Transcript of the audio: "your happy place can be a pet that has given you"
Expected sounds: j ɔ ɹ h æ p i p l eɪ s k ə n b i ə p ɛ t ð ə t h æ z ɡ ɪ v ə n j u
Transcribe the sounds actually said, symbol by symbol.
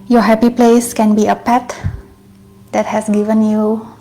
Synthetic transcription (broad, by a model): j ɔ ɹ h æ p i p l eɪ s k ə n b i ə p ɛ t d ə t h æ s ɡ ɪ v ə n j u